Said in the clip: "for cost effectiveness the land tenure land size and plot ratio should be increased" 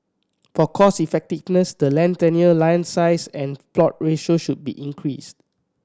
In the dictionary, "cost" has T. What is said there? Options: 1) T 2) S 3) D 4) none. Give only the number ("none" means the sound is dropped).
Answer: 4